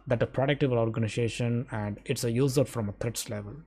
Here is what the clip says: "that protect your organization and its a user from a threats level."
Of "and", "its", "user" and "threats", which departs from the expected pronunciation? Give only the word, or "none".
threats